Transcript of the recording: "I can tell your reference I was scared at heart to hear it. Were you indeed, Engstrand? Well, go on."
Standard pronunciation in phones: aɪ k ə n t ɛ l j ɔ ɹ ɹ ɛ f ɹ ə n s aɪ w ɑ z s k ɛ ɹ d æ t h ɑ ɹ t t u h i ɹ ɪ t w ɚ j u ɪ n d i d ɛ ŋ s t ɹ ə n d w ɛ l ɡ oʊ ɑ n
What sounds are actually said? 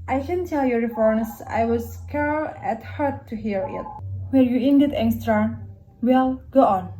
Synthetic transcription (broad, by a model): aɪ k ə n t ɛ l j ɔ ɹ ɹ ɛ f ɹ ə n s aɪ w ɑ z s k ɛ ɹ æ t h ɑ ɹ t t u h i ɹ ɪ t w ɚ j u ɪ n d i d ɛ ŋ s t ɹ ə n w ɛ l ɡ oʊ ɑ n